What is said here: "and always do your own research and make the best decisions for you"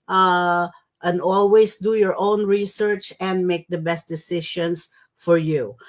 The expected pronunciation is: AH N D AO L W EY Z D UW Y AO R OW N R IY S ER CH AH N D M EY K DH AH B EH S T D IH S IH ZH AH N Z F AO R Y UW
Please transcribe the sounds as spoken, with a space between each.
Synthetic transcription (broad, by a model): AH N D AO L W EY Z D UW Y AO R OW N R IY S ER CH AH N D M EY K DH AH B EH S T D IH S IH SH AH N S F AO R Y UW